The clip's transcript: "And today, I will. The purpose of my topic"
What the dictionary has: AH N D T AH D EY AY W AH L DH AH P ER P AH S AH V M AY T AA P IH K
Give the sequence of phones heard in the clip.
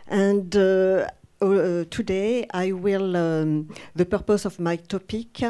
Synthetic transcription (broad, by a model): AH N D T AH D EY AY W AH L DH AH P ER P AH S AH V M AY T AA P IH K